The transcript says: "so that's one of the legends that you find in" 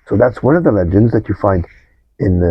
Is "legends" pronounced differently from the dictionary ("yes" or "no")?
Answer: no